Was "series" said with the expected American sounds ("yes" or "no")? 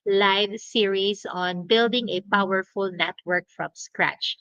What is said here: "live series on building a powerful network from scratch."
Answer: no